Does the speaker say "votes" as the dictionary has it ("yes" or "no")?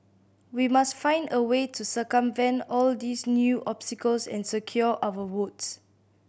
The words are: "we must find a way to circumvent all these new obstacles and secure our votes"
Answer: no